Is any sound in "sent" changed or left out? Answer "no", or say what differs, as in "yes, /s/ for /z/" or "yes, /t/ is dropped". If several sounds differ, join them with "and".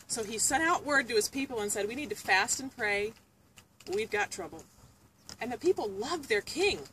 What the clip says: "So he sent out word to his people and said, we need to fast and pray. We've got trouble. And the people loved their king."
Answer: yes, /n/ is dropped